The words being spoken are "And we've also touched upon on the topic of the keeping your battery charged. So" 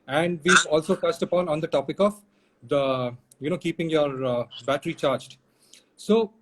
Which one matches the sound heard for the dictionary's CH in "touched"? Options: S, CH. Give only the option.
S